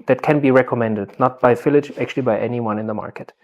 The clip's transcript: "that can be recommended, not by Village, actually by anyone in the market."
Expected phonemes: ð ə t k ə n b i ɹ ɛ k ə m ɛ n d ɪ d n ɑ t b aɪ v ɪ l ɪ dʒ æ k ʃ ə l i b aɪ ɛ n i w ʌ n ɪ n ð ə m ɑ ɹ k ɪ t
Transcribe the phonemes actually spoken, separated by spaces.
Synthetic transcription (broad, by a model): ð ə t k ə n b i ɹ ɛ k ə m ɛ n d ɪ d n ɑ t b aɪ f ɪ l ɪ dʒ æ k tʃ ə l i b aɪ ɛ n i w ʌ n ɪ n ð ə m ɑ ɹ k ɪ t